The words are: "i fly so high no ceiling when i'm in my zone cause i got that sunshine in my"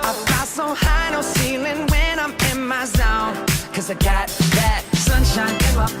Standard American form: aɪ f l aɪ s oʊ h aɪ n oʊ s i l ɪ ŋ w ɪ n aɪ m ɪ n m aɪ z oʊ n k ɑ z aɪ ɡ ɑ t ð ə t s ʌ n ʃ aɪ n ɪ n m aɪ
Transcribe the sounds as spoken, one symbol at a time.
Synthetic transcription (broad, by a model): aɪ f aɪ s oʊ h aɪ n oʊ s i l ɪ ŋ w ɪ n aɪ m ɪ n m aɪ z oʊ n k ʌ z aɪ ɡ ɑ t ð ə t s ʌ n ʃ aɪ n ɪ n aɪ